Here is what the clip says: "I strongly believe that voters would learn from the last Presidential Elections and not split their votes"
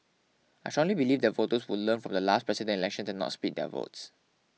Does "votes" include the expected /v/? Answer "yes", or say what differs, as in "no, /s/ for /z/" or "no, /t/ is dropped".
yes